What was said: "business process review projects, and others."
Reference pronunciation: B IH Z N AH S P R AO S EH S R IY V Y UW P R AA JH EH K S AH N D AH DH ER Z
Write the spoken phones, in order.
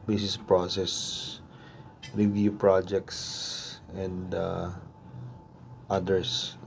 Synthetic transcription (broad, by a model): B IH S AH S P R AO S EH S R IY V Y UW P R AA JH EH K S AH N D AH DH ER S